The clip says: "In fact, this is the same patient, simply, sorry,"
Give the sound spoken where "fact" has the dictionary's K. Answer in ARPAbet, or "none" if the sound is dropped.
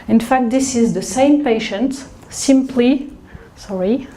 K